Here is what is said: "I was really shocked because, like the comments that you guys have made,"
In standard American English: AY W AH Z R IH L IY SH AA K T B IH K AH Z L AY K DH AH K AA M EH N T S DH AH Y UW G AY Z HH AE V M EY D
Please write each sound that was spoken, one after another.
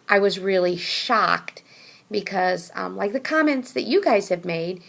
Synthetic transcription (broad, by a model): AY W AH Z R IH L IY SH AA K T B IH K AH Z L AY K DH AH K AA M EH N T S DH AH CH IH G AY Z HH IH V M EY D